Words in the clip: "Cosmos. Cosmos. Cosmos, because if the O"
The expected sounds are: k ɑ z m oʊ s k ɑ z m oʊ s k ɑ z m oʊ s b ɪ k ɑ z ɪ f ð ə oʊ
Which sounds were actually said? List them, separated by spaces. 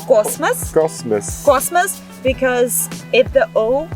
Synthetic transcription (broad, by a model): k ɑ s m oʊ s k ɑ s m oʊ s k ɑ s m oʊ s b ɪ k ɑ z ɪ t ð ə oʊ